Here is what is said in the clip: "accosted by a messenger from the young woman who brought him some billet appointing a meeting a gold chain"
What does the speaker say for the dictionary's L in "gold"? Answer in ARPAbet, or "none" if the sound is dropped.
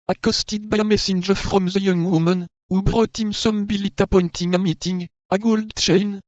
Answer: L